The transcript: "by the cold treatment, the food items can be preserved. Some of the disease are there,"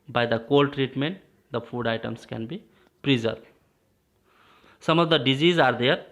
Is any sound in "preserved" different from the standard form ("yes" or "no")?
yes